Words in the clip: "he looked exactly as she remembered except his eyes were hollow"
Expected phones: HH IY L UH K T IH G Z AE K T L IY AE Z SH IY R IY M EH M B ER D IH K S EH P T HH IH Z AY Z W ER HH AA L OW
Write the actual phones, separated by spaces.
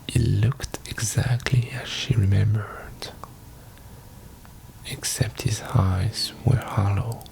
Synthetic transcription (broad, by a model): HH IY L UH K T IH G Z AE K T L IY AE Z SH IY R IY M EH M B ER D IH K S EH P T HH IH Z AY Z W ER HH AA L OW